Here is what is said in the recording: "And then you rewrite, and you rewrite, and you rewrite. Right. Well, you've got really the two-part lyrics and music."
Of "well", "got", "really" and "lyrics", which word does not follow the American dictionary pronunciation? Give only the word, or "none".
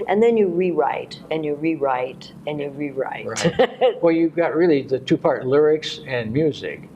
none